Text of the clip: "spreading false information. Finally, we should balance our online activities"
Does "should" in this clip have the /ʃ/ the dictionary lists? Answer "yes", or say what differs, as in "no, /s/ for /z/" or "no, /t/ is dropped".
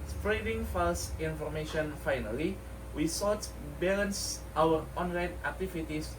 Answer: no, /s/ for /ʃ/